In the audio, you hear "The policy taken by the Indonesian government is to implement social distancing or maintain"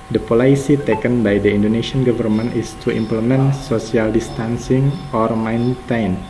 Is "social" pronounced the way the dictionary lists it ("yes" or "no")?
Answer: no